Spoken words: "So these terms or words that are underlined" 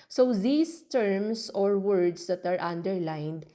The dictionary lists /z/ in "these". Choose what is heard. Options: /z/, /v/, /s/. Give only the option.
/s/